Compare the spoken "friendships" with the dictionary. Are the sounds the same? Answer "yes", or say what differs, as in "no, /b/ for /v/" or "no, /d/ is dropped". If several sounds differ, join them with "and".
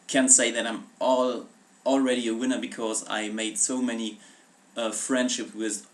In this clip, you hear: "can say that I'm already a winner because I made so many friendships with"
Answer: no, /s/ is dropped